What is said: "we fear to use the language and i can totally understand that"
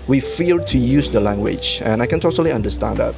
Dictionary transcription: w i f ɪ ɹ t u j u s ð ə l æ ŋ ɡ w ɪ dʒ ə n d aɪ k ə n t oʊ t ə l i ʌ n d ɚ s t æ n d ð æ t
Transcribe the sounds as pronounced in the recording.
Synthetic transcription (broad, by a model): w i f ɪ l t u j u s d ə l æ ŋ ɡ w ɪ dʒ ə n aɪ k ə n t oʊ t ə l i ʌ n d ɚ s t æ n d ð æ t